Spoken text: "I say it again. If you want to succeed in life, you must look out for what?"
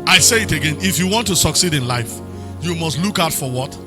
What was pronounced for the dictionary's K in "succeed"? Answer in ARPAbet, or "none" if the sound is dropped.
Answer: K